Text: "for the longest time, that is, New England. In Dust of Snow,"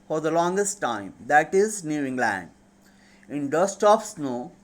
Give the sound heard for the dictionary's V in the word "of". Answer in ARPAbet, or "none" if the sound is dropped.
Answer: P